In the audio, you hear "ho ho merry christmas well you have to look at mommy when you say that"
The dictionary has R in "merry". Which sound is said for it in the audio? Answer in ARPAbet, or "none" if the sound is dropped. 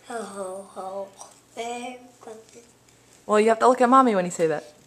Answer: none